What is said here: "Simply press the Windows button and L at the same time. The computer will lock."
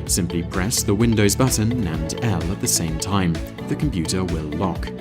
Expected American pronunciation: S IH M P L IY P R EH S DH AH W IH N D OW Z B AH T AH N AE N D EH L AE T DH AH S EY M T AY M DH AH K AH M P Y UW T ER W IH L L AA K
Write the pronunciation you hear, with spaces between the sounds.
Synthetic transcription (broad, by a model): S IH M P L IY P R EH S DH AH W IH N D OW Z B AH T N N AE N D EH L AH T DH AH S EY M T AY M DH AH K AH M P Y UW T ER W IH L L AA K